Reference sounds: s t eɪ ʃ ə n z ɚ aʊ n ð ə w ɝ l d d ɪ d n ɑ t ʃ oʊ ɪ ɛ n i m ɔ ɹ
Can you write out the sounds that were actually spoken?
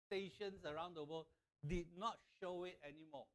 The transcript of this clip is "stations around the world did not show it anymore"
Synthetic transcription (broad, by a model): t eɪ ʃ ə n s ɚ aʊ n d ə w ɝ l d d ɪ d n ɑ t ʃ oʊ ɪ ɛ n i m ɔ